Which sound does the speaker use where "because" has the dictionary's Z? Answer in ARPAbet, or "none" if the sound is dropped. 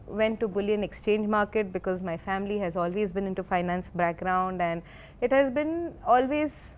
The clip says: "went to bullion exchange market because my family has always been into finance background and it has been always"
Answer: Z